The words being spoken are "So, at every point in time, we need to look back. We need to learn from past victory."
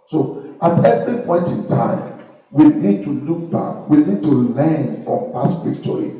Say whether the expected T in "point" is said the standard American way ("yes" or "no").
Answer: yes